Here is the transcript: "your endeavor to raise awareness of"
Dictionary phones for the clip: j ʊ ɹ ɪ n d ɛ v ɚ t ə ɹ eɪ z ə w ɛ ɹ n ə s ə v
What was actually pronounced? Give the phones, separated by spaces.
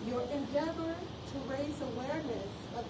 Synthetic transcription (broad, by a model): j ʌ ɹ ɪ n d ɛ v ɚ t ə ɹ eɪ z ə w ɛ ɹ n ə s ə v